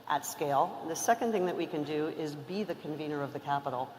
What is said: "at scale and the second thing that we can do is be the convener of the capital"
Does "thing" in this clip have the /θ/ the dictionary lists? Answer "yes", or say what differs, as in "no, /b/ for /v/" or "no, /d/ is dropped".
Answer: yes